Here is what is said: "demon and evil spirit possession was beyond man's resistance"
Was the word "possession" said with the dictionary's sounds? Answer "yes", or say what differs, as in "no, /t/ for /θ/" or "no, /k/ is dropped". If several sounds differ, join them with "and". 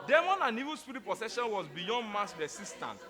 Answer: no, /s/ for /z/